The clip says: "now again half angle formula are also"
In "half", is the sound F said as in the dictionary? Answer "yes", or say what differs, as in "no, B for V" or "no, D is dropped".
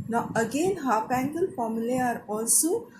no, P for F